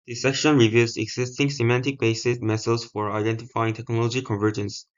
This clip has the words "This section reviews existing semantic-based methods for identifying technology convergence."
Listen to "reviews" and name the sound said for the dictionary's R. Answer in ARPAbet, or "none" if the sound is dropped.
R